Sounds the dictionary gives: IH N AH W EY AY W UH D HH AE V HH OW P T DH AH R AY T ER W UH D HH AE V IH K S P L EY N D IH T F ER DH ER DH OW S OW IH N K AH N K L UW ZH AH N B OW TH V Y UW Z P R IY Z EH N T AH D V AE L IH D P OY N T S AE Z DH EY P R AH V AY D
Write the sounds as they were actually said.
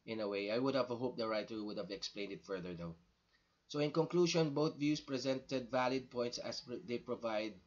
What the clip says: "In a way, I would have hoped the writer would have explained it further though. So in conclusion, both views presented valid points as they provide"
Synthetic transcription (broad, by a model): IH N AH W EY AY W UH D HH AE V HH OW P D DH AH R AY T ER W UH D HH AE V IH K S P L EY N D IH T F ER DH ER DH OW S OW IH N K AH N K L UW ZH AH N B OW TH V Y UW S P R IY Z EH N T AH D V AE L IH D P OY N T S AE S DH EY P R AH V AY D